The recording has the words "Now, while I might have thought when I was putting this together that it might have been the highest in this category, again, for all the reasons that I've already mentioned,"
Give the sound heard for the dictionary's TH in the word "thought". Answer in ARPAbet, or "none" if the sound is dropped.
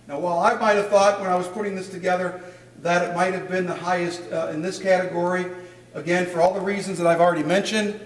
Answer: TH